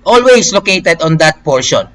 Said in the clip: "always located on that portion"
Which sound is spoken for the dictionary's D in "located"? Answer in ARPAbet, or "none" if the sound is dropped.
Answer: D